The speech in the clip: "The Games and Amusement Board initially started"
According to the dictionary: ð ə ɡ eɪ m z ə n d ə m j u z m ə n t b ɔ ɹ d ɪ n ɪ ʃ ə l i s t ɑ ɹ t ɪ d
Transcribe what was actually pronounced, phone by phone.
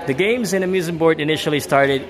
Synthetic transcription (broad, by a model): ð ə ɡ eɪ m z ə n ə m j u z ə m b ɔ ɹ d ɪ n ɪ ʃ l i s t ɑ ɹ t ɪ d